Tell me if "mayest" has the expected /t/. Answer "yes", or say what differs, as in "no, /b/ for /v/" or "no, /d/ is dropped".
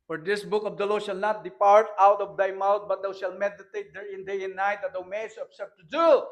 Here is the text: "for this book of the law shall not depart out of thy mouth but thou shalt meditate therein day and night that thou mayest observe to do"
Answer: no, /t/ is dropped